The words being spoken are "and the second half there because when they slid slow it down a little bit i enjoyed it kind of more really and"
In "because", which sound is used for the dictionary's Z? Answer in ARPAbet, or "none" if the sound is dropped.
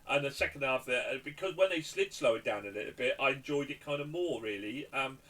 Z